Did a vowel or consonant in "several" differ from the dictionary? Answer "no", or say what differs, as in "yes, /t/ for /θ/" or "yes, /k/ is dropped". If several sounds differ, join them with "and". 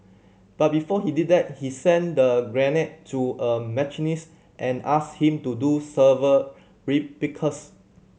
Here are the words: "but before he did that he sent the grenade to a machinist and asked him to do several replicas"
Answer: yes, /ɹ/ is dropped